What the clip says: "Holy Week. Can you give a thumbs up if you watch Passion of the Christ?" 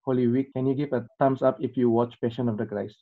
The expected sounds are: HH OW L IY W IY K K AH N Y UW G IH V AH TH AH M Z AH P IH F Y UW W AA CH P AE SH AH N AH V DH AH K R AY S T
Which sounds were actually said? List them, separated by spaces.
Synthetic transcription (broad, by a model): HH OW L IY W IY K K AH N Y UW G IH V AH T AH M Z AH P IH F Y UW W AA CH P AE SH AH N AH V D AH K R AY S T